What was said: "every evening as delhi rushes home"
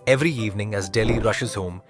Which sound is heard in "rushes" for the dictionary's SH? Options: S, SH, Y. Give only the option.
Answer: SH